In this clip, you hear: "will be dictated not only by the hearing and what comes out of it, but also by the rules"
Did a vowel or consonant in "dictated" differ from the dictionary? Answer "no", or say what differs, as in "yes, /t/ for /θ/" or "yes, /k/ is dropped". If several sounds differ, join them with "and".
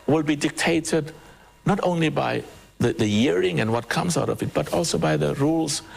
no